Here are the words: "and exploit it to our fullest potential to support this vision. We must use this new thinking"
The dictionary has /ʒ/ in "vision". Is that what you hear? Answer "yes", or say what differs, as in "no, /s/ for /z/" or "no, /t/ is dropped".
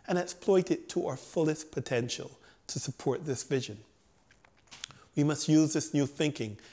yes